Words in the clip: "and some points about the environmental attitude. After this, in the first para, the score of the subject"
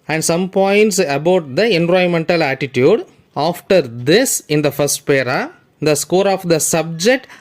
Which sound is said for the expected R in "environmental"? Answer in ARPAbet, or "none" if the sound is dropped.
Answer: none